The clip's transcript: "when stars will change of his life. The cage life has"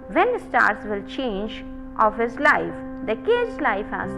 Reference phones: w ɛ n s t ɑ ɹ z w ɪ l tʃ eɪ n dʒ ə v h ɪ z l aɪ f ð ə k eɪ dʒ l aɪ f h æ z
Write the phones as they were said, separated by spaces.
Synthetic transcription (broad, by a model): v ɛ n s t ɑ ɹ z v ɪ l tʃ eɪ n dʒ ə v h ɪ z l aɪ f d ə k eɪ z l aɪ f h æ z